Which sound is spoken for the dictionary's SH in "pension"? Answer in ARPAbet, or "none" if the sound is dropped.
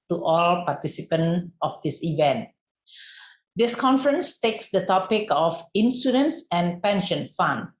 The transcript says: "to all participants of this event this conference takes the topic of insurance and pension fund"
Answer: SH